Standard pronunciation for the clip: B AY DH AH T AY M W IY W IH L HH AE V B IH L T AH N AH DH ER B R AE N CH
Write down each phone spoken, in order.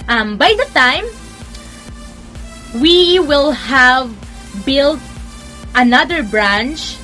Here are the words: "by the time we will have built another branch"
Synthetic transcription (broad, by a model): B AY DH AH T AY M W IY W IH L HH AE V B IH L T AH N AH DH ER B R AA N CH